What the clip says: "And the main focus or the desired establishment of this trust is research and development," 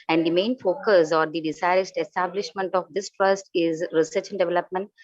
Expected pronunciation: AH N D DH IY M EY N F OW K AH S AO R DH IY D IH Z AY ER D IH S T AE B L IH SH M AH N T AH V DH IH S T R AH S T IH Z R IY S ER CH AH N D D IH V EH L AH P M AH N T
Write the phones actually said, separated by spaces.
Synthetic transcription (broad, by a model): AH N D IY M EY N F OW K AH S AO R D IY D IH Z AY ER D IH S T AE B L IH SH M AH N T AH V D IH S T R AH S T IH Z R IY S ER CH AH N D D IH V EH L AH P M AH N T